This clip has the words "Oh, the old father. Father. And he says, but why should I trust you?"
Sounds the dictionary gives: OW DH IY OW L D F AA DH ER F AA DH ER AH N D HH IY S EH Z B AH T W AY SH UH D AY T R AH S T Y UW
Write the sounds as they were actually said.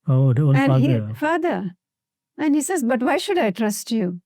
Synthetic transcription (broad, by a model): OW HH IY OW N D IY ER F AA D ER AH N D HH IY S EH Z B AH T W AY SH UH D AY T R AH S T Y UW